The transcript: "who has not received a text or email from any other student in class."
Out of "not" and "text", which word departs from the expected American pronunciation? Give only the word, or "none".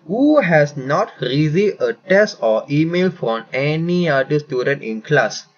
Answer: text